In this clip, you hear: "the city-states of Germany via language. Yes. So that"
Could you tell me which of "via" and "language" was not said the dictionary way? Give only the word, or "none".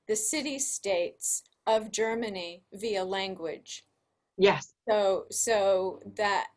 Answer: none